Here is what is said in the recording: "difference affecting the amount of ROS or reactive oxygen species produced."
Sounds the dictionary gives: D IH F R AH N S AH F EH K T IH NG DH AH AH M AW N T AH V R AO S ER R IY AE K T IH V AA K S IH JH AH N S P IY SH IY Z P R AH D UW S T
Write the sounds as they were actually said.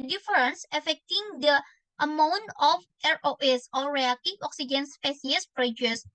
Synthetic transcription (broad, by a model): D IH F R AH N S AH F EH K T IH NG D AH AH M AW N T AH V R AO S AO R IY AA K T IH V AA K S IH JH AH N S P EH S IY S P R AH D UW S